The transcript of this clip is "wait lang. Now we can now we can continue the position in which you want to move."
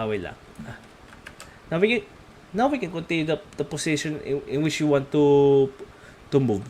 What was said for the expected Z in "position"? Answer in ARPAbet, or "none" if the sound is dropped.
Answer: S